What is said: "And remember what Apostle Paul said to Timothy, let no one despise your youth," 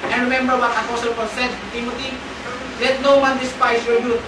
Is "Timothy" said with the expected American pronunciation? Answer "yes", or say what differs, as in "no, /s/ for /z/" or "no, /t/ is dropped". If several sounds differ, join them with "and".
no, /t/ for /θ/